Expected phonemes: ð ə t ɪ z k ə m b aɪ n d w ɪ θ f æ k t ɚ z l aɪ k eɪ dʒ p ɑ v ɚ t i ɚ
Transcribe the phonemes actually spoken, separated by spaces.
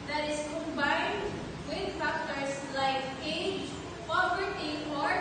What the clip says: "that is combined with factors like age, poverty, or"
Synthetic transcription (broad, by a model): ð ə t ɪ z k ə m b aɪ n d w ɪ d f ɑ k t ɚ s l aɪ k eɪ dʒ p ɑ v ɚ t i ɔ